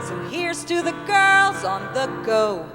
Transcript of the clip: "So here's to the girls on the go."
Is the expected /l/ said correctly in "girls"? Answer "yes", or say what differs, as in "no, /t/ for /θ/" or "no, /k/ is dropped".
yes